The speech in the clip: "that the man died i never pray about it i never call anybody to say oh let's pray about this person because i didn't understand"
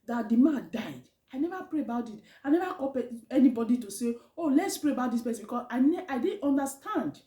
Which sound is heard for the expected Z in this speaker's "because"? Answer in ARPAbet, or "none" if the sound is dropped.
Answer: S